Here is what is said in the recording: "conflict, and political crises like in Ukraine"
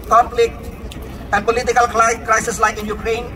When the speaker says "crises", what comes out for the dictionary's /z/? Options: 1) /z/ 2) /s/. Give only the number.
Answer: 2